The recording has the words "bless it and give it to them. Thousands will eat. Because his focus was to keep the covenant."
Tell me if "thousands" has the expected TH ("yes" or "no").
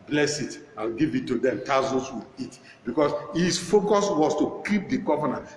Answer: no